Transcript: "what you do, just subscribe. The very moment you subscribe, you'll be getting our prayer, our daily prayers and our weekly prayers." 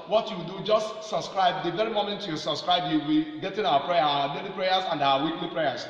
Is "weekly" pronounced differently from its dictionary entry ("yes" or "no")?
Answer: no